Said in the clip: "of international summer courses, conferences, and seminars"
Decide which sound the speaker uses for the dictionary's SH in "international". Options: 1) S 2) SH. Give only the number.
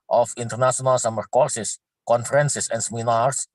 1